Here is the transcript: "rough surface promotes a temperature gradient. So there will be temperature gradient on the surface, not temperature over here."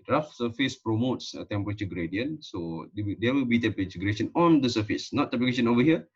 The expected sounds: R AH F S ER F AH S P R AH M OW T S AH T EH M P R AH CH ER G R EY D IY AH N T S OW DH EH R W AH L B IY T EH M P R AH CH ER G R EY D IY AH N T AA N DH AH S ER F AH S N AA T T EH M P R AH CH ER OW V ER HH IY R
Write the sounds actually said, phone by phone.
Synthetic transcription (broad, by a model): R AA F S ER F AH S P R AH M OW T S AH T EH M P R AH CH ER G R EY D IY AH N S OW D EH W AH L B IY T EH M P R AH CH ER G R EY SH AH N AA N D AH S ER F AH S N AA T T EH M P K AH SH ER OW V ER HH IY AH